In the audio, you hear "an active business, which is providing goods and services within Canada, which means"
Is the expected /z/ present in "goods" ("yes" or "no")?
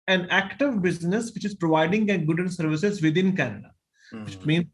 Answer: no